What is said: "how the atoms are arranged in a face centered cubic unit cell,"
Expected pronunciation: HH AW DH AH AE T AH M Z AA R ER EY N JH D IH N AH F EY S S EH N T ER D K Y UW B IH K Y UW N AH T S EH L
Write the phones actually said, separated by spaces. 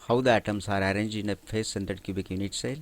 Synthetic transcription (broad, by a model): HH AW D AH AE T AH M S AA R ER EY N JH IH N AH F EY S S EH N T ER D K Y UW B IH K Y UW N AH T S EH L